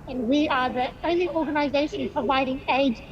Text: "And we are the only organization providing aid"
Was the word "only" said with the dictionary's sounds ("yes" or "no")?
no